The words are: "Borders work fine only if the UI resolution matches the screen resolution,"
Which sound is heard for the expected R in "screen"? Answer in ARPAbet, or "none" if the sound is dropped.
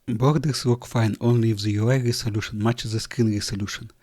none